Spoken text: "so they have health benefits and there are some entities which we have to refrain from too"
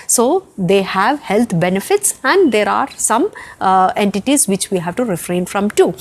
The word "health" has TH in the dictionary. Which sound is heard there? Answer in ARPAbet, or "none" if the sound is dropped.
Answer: T